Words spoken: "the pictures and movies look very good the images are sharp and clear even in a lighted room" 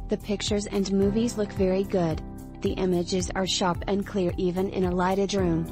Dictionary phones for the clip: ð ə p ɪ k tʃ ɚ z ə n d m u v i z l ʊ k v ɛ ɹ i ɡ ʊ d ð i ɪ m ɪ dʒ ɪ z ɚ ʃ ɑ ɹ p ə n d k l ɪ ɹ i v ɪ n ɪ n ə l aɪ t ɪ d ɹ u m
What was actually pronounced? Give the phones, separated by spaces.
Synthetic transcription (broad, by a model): ð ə p ɪ k tʃ ɚ z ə n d m u v i z l ʊ k v ɛ ɹ i ɡ ʊ d ð i ɪ m ɪ dʒ ɪ z ɚ ʃ ɑ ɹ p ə n k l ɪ ɹ i v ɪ n ɪ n ə l aɪ t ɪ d ɹ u m